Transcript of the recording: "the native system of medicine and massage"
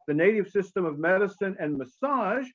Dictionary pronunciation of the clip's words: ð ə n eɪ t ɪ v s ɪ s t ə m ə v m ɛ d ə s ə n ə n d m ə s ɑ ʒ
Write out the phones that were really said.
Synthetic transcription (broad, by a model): ð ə n eɪ t ɪ v s ɪ s t ə m ə v m ɛ d ə s ə n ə n m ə s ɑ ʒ